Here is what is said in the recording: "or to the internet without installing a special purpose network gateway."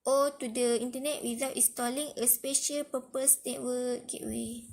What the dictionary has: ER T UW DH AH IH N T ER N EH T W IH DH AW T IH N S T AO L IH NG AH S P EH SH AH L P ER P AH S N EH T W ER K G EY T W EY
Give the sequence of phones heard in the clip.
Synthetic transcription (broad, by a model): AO T UW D AH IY N T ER N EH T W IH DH AW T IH S T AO L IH NG AH S P EH SH AH L P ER P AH S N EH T W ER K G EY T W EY